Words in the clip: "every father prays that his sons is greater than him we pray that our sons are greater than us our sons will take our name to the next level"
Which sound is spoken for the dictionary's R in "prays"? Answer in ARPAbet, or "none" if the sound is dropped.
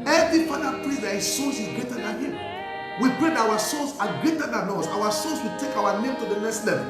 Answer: L